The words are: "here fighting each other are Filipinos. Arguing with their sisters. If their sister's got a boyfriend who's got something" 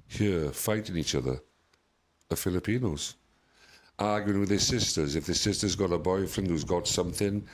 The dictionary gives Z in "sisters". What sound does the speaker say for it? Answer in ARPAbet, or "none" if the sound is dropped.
Z